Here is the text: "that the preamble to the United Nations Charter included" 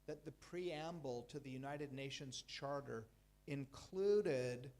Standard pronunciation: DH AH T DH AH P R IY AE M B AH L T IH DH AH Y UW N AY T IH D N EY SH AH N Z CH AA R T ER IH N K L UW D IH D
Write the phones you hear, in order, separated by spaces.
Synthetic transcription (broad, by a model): DH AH T DH AH P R IY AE M B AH L T IH DH AH Y UW N AY T IH D N EY SH AH N Z CH AA R T ER IH N K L UW D IH D